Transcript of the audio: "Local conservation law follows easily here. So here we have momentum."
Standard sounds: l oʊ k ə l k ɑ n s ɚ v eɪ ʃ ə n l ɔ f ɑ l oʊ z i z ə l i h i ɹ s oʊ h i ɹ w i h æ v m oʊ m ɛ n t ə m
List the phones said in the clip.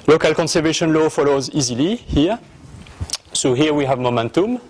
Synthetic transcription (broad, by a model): l oʊ k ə l k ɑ n s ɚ v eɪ ʃ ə n l ɔ f ɑ l oʊ z i z ə l i h i ɹ s oʊ h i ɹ w i h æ v m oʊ m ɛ n t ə m